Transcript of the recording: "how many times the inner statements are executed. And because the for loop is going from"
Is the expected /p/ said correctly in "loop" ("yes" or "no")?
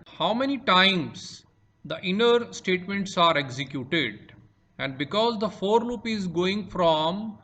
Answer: yes